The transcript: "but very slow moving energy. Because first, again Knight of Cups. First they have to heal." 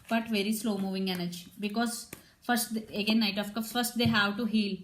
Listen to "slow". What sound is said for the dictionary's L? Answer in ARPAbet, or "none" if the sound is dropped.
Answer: L